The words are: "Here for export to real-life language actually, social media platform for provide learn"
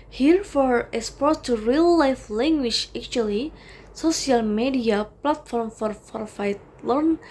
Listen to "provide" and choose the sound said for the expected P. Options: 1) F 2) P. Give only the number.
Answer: 1